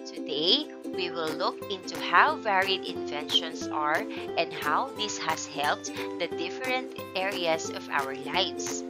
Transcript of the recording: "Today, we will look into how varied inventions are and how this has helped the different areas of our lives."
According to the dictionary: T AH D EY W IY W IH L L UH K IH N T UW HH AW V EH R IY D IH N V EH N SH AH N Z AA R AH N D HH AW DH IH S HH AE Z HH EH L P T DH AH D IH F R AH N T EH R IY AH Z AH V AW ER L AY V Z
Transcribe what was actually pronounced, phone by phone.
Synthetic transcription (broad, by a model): T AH D EY W IY W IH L L UH K IH N T UW HH AW V EH R IY D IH N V EH N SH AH N S AA R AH N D HH AW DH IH S HH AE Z HH EH L P T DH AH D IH F R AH N T EH R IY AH S AH V AW ER L AY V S